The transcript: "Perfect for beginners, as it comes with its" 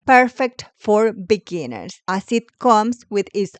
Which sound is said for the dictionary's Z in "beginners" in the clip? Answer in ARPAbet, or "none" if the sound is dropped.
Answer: S